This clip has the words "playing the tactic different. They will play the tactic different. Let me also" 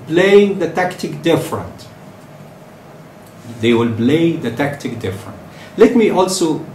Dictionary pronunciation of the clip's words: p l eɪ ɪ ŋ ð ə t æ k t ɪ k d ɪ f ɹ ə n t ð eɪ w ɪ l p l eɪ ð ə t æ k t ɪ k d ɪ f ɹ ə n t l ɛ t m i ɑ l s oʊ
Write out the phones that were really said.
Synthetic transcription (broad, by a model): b l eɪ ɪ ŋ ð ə t æ k t ɪ k d ɪ f ɹ ə n t ð eɪ w ɪ l b l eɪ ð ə t æ k t ɪ k d ɪ f ɹ ə n t l ɛ t m i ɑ l s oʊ